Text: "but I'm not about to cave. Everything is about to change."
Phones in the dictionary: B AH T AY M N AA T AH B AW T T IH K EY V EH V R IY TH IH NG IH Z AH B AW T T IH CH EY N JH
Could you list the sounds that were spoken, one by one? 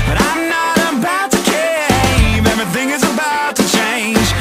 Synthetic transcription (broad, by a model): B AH T AY M N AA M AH B AW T T IH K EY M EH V IY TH IH NG IH Z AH B AW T T IH CH EY N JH